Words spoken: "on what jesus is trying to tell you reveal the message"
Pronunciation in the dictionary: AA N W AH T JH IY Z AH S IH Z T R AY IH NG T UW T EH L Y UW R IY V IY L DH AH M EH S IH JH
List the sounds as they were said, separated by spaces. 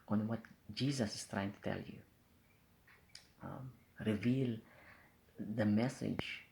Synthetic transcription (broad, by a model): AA N W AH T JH IY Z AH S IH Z T R AY IH NG T UW T EH L Y UW R IY V IY L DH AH M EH S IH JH